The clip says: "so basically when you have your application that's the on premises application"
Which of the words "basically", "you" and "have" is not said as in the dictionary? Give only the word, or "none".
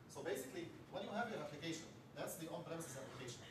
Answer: none